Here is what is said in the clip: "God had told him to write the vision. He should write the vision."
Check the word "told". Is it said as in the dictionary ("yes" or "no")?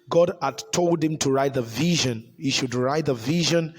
yes